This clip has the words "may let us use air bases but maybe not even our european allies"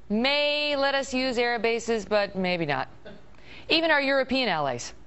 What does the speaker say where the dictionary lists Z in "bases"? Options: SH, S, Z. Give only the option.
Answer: Z